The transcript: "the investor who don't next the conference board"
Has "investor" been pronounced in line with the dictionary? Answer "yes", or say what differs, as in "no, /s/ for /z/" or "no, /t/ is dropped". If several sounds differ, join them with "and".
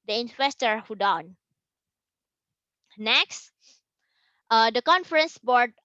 no, /w/ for /v/